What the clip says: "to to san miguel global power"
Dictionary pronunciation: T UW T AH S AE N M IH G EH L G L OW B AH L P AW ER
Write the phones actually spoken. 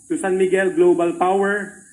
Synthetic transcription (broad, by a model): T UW S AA N M IH G EH L G L OW B AH L P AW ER